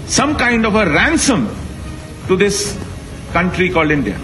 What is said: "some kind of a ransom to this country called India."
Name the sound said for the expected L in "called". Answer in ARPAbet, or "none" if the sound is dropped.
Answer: L